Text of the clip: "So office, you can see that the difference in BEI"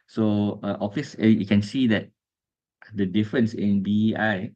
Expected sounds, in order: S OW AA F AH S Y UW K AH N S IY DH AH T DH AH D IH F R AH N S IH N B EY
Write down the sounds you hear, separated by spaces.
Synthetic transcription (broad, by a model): S OW AA F AH S Y UW K AH N S IY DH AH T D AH D IH F R AH N S IH N B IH